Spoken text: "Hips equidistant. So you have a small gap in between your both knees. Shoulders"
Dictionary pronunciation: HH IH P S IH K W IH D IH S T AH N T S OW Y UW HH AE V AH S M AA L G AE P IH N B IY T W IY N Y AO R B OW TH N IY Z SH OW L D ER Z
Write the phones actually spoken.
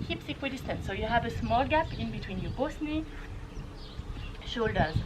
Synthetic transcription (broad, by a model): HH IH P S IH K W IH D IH S T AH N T S OW Y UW HH AE V AH S M AA L G AE P IH N B IY T W IY N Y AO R B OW S N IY SH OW L D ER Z